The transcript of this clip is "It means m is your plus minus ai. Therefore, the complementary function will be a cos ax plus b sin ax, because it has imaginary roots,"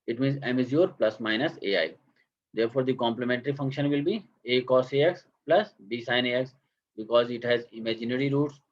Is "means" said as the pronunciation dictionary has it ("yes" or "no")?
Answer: yes